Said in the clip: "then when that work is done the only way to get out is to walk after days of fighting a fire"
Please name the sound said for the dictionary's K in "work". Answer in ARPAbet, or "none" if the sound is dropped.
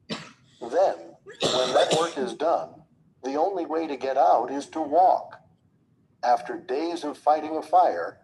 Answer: K